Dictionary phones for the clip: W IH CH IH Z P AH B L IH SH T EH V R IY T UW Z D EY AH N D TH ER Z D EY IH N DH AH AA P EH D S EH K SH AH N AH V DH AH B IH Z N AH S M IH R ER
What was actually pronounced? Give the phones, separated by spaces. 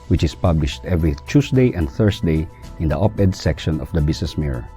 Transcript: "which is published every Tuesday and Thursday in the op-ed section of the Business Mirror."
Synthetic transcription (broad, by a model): W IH CH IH S P AH B L IH SH T EH V R IY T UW S D EY AH N D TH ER S D EY IH N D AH AA P EH D S EH K SH AH N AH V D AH B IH S N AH S M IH R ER